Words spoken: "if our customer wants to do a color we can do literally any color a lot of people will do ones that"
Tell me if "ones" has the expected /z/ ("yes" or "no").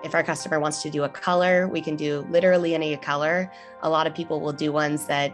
yes